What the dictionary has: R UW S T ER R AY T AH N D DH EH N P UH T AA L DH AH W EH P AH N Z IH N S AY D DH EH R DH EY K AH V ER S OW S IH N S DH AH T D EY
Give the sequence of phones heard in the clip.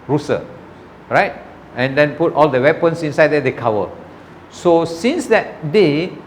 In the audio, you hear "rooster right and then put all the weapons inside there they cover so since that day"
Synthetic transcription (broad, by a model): R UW S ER R AY T AH N D EH N P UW T AA L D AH W EH P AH N S IH N S AY D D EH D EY K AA W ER S OW S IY N S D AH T D EY